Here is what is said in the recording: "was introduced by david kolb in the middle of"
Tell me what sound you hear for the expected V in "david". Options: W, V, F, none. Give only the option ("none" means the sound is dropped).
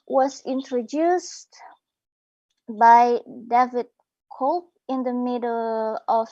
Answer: V